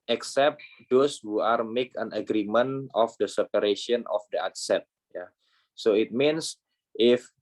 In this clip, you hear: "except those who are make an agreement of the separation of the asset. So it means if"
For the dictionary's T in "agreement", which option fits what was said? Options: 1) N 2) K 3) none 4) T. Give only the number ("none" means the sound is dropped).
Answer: 3